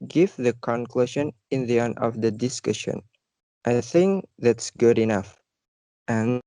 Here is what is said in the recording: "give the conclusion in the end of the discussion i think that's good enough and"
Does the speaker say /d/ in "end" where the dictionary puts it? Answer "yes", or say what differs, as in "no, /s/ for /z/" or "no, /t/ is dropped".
no, /d/ is dropped